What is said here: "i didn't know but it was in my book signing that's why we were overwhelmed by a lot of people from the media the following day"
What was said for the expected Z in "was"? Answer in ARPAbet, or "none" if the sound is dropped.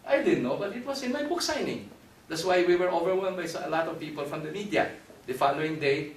S